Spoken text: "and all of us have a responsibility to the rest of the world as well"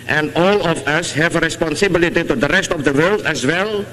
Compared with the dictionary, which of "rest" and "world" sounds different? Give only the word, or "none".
none